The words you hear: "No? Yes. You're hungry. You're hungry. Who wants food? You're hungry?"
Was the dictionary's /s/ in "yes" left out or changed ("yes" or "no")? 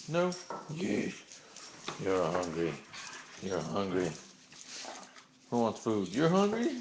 yes